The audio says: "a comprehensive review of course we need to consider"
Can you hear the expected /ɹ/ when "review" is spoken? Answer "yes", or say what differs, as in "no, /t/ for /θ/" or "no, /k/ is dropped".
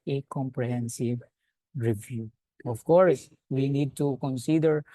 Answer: yes